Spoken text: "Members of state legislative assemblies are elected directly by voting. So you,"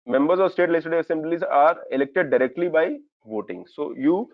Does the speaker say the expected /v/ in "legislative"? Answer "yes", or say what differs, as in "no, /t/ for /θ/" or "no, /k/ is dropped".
no, /v/ is dropped